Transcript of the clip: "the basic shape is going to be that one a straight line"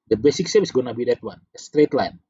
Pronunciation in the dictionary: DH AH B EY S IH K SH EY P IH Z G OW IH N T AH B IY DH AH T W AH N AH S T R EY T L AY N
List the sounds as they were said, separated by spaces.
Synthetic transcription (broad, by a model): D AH B EY S IH K S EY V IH S G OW N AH B IY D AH T W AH N AH S T R EY T L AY N